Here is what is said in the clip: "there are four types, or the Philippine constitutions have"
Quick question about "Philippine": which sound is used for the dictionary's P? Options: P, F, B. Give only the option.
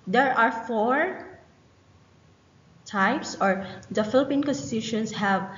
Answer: P